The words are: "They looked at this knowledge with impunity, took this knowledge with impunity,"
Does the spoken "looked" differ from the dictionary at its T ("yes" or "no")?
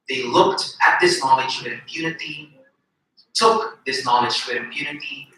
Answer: no